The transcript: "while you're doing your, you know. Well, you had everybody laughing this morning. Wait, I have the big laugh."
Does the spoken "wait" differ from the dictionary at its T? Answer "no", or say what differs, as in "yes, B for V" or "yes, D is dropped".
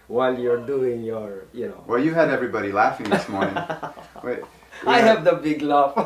yes, T is dropped